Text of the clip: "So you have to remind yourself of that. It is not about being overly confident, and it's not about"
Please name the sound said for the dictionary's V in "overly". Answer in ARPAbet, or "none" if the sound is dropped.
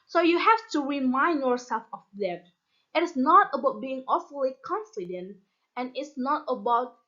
F